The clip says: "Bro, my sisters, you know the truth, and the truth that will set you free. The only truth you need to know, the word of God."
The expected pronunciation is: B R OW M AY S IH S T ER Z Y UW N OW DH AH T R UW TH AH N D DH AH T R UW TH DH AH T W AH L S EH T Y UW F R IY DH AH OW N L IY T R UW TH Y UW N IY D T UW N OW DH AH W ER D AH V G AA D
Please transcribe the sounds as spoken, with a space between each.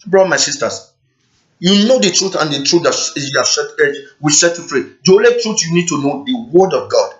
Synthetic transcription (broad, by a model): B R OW M AY S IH S T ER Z Y UW N OW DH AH T R UW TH AH N D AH T R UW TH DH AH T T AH W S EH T Y UW F R IY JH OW L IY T R UW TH Y UW N IY D T UW N OW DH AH W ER D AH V G AA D